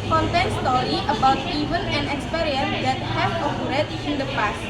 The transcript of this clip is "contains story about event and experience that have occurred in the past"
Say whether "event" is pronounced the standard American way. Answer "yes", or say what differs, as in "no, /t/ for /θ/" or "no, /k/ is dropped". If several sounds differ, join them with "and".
no, /t/ is dropped